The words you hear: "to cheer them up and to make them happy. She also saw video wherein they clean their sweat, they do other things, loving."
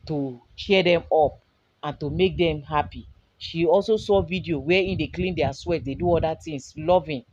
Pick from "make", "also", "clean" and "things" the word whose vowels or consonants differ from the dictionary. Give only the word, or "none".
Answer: things